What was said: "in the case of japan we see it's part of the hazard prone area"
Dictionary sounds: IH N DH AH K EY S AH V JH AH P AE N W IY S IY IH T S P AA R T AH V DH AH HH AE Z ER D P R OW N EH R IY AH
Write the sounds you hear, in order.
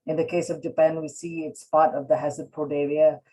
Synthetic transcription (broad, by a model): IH N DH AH K EY S AH V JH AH P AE N W IY S IY IH T S P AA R T AH V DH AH HH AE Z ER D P OW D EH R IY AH